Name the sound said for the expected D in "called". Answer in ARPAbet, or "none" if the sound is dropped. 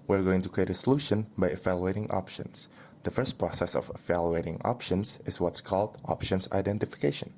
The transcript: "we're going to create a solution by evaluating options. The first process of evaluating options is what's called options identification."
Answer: D